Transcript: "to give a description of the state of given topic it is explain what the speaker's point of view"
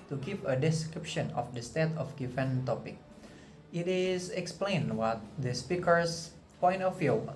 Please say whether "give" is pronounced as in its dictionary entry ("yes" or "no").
no